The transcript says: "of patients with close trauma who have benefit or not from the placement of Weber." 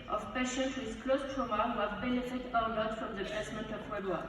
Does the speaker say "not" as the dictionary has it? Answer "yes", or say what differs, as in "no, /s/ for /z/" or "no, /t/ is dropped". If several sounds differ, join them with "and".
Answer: no, /l/ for /n/